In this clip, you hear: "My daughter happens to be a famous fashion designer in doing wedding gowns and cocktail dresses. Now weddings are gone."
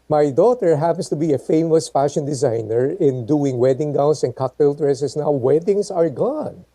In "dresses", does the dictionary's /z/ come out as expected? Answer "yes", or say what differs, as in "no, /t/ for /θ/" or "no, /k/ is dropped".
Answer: no, /s/ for /z/